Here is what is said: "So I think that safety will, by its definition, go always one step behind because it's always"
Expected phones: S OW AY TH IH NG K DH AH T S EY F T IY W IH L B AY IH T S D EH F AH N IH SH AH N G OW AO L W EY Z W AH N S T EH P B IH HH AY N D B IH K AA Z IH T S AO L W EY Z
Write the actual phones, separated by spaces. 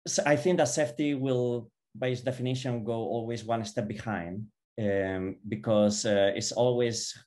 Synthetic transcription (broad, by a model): S AY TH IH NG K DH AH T S EY F T IY W IH L B AY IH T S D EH F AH N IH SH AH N G OW AO L W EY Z W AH N S T EH P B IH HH AY N D B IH K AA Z IH T S AO L W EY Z